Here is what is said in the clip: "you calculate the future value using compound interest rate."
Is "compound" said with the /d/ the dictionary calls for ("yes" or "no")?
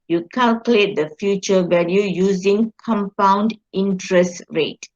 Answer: yes